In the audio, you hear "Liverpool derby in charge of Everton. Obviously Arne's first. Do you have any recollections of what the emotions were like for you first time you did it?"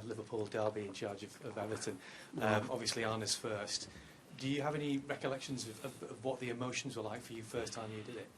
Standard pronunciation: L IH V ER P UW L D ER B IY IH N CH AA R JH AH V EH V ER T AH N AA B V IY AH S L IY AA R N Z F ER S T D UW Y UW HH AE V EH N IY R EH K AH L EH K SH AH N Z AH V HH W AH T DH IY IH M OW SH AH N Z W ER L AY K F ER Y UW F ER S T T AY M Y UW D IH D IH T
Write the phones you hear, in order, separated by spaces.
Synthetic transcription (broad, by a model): L IH V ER P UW L D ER B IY IH N CH AA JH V AH V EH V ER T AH N AA B V IY AH S L IY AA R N S F ER S T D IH Y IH V EH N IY R EH K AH L EH K SH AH N Z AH V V W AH T DH IY IH M OW SH AH N Z W ER L AY K F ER Y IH F ER S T T AY M Y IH D IH D IH T